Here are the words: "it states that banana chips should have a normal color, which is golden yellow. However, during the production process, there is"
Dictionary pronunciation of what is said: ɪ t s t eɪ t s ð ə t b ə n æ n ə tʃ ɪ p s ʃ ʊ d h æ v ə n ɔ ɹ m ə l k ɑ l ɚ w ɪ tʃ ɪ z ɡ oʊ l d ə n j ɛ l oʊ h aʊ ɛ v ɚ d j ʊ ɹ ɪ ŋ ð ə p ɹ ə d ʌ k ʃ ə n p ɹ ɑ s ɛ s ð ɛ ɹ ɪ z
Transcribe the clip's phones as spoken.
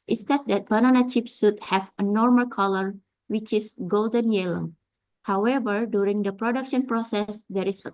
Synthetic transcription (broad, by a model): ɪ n s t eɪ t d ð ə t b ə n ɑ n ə tʃ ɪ p s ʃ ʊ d h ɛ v ə n ɔ ɹ m ə l k ɑ l ɚ w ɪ tʃ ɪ s ɡ oʊ l d ə n j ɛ l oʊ h aʊ ɛ v ɚ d j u ɹ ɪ ŋ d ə p ɹ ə d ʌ k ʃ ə n p ɹ ɑ s ɛ s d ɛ ɹ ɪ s